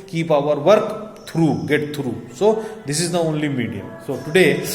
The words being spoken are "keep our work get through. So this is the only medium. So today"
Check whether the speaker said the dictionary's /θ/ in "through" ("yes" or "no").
no